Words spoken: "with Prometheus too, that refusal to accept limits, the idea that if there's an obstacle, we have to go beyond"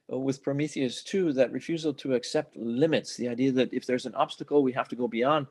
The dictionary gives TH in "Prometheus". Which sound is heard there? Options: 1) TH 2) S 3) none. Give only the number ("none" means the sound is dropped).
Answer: 1